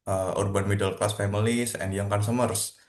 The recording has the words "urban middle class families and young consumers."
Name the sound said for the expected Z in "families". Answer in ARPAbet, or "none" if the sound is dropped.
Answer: S